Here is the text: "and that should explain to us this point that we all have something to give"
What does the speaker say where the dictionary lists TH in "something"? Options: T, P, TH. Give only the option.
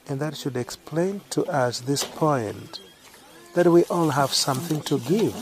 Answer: TH